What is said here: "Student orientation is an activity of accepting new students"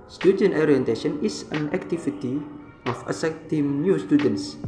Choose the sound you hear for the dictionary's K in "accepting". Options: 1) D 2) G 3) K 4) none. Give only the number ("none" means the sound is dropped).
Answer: 4